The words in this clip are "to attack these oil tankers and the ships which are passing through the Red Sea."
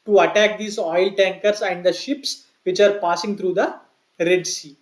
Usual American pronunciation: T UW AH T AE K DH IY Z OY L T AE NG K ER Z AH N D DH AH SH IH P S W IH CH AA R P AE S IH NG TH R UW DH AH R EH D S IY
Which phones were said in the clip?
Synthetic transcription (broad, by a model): T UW AH T AE K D IY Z OY L T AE NG K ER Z AH N D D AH SH IH P S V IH CH AA R P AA S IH NG T R UW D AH R EH D S IY